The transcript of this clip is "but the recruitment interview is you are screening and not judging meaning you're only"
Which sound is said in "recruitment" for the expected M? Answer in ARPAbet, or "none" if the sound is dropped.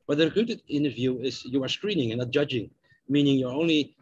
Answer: none